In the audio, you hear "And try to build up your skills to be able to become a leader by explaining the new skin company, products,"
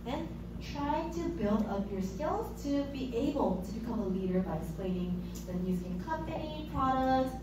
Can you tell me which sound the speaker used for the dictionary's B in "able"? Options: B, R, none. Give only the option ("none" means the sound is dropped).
B